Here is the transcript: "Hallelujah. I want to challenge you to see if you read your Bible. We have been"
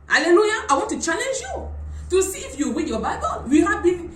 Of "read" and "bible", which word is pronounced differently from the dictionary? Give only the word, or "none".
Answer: read